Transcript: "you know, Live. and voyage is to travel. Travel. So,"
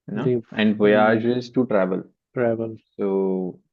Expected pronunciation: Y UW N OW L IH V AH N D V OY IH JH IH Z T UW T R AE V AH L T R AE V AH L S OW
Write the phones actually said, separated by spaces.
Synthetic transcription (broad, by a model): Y N OW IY AH N D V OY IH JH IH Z T UW T R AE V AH L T R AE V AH L S OW